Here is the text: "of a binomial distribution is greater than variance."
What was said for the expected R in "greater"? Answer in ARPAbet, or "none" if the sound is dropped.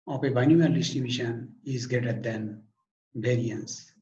none